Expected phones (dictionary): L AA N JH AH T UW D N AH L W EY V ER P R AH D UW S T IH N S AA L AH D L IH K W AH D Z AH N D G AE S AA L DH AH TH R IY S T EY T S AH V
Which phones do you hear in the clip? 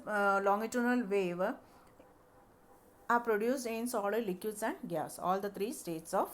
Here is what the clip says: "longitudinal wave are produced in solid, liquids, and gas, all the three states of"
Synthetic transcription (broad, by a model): L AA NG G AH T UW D N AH L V EY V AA P R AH D UW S IH N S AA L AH L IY K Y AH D S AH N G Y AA S AA L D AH T R IY S T EY T S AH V